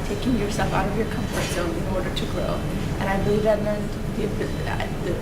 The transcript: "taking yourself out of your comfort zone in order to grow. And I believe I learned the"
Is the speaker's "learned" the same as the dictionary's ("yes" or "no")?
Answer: no